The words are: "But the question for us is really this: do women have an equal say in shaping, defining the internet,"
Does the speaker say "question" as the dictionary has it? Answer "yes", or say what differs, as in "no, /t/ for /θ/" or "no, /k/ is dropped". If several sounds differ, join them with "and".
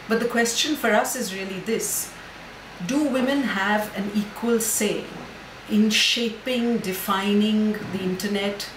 yes